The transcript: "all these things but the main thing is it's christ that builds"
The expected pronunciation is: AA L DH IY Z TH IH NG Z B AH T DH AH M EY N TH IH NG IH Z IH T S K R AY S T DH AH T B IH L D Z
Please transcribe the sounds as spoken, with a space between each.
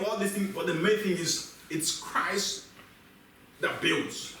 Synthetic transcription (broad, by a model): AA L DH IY TH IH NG B AH T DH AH M EY N TH IH NG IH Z IH T S K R AY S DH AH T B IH L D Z